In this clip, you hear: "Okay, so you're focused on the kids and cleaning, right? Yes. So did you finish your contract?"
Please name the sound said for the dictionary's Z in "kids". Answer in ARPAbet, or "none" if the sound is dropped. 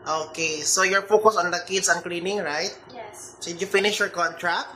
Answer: S